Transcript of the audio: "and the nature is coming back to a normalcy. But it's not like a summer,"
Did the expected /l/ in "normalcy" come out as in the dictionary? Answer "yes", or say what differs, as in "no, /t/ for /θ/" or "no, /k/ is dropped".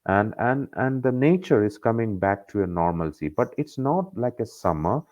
yes